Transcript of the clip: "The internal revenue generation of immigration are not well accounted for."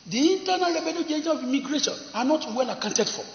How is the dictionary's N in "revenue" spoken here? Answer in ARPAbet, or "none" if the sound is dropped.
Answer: L